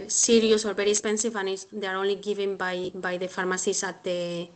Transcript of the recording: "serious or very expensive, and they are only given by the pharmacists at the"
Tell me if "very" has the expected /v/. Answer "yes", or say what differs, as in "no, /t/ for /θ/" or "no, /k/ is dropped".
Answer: no, /b/ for /v/